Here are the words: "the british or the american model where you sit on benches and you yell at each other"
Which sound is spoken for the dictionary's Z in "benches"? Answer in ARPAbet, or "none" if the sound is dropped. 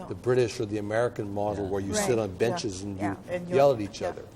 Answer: Z